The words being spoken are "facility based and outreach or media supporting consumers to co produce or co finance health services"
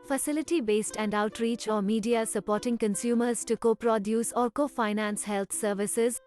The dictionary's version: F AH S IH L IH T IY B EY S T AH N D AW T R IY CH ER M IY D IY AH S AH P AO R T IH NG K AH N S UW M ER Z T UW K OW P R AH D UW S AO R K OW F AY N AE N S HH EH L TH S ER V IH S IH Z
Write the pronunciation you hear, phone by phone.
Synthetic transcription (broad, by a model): F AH S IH L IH T IY B EY S T AH N D AW T R IY CH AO M IY D IY AH S AH P AO R T IH NG K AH N S UW M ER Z T UW K OW P R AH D UW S AO R K OW F AY N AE N S HH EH L T S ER V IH S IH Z